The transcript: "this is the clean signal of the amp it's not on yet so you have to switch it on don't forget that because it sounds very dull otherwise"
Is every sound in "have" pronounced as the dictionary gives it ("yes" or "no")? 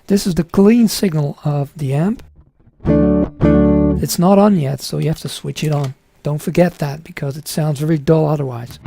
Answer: no